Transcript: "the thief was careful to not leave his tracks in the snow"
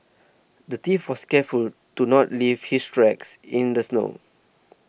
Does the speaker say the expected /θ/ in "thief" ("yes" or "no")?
no